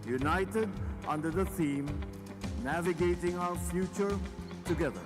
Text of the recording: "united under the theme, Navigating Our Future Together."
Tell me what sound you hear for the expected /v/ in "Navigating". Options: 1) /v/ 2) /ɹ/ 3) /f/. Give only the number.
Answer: 1